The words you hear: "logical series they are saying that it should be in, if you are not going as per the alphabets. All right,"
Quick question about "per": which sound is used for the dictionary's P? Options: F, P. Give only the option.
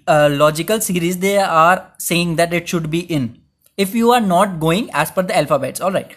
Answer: F